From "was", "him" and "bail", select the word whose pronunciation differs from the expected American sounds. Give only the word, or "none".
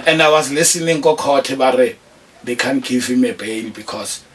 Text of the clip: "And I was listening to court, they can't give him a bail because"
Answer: bail